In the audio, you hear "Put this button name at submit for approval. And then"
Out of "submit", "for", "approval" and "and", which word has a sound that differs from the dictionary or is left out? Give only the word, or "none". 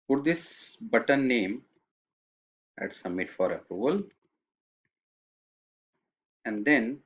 none